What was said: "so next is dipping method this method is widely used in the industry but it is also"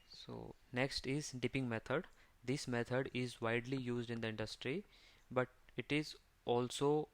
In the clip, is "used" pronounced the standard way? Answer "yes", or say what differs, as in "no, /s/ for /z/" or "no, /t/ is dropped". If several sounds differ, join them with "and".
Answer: yes